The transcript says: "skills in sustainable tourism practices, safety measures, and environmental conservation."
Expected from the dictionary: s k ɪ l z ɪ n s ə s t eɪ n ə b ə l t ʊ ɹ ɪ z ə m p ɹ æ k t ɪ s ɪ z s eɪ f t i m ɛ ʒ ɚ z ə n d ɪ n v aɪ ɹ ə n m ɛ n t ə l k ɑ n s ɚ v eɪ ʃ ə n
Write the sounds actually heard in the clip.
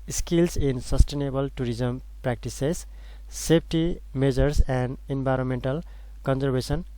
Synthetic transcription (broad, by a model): s k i l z ɪ n s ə s t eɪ n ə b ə l t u ɹ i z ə m p ɹ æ k t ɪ s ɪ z s eɪ p t i m ɛ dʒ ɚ s ə n d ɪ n b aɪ ɹ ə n m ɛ n t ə l k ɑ n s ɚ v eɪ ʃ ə n